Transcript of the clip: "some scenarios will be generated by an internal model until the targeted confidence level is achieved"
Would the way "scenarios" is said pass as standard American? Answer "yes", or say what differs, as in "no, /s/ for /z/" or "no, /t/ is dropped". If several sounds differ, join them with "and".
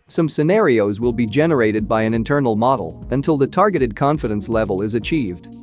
yes